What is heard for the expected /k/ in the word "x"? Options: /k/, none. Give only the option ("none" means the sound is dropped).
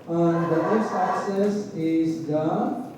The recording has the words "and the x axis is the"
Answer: none